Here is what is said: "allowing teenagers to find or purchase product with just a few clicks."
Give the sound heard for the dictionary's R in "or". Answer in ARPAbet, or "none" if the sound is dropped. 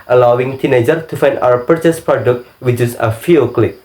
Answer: W